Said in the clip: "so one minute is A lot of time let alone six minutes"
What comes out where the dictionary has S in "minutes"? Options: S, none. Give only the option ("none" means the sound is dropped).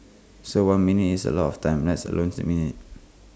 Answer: none